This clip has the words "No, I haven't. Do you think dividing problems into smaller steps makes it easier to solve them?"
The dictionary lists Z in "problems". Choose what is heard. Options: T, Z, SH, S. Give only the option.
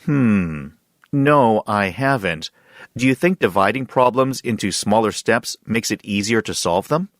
Z